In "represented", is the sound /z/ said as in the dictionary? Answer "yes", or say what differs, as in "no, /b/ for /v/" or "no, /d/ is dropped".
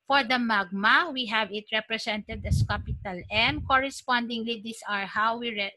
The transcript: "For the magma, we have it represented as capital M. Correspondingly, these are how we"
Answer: no, /s/ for /z/